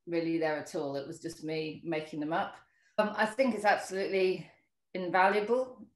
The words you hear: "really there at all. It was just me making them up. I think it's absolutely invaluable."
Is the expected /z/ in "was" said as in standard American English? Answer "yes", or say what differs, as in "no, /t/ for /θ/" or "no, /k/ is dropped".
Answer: yes